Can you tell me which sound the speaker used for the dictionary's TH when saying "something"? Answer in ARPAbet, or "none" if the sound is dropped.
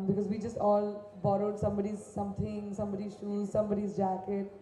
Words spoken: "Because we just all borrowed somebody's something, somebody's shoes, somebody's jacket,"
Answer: T